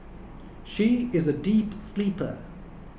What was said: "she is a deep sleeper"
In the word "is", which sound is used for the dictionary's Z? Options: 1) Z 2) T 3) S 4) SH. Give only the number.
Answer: 1